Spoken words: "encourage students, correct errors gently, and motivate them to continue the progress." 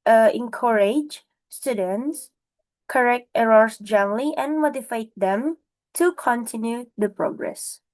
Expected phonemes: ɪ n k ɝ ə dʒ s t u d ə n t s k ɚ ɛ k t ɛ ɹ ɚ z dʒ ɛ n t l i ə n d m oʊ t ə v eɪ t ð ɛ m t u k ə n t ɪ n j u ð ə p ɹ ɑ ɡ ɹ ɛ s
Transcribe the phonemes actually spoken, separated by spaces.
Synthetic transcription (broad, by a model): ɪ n k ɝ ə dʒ s t u d ə n t s k ɚ ɛ k t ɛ ɹ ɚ s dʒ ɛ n l i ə n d m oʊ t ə f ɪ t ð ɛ m t u k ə n t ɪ n j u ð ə p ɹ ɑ ɡ ɹ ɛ s